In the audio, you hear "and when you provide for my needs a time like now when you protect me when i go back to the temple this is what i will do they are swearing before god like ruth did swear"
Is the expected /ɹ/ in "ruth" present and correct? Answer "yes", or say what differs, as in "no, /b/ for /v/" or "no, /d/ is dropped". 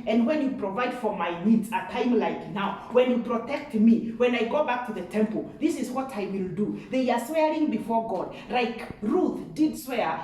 yes